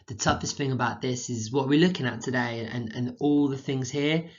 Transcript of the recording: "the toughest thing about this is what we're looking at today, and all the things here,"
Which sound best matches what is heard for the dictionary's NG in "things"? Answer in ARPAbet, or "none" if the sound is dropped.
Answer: NG